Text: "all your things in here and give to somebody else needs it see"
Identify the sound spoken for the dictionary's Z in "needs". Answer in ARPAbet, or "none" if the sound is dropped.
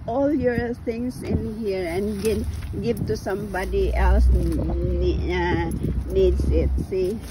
S